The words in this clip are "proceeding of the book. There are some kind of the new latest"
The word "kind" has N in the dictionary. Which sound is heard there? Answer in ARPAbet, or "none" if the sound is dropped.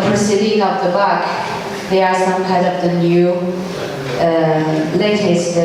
none